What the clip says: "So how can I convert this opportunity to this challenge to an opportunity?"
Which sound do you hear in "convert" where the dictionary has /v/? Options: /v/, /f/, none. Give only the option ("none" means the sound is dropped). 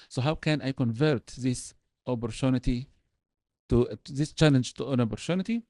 /v/